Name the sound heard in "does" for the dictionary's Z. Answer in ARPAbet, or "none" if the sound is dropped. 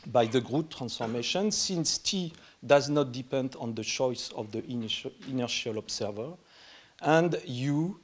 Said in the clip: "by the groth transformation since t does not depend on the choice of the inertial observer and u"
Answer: Z